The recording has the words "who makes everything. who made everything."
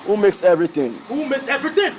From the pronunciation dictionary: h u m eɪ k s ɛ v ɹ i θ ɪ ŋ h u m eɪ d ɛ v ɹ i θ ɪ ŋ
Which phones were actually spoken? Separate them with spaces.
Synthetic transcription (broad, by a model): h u m eɪ k s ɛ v ɹ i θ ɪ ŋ h u m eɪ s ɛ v ɹ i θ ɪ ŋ